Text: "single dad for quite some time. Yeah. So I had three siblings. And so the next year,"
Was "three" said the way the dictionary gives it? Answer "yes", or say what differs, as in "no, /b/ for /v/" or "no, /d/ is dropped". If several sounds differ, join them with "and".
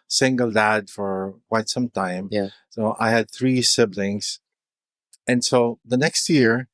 yes